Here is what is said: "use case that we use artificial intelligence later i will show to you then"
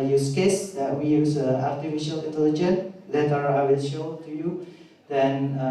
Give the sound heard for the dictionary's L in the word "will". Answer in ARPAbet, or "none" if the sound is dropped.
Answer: N